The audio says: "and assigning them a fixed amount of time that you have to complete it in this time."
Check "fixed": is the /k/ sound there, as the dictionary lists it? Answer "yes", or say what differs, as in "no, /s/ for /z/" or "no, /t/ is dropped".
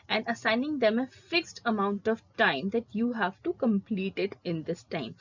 yes